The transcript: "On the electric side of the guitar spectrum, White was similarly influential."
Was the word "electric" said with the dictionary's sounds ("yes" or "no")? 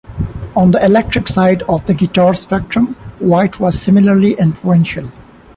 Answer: yes